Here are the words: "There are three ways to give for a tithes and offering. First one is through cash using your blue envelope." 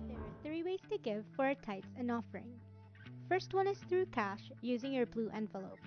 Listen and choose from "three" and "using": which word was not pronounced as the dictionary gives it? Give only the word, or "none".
none